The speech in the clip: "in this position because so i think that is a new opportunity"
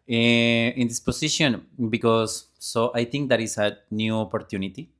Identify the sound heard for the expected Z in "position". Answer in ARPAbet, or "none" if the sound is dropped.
S